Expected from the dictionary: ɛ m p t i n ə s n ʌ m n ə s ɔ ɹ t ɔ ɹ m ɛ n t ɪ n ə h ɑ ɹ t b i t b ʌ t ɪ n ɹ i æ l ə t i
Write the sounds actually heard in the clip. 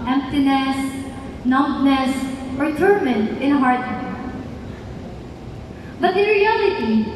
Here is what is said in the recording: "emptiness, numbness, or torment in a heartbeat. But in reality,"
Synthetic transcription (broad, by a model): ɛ m p t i n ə s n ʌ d n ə s ɔ ɹ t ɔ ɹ m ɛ n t ɪ n ə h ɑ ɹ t i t b ʌ t ɪ n ɹ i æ l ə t i